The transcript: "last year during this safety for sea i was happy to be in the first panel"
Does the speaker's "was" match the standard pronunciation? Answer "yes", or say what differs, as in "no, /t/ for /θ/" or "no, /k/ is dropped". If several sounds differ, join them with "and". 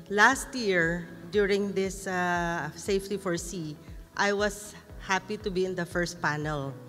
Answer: no, /s/ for /z/